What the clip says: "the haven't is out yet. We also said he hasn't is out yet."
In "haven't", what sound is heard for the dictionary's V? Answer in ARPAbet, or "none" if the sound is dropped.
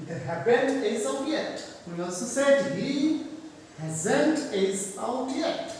B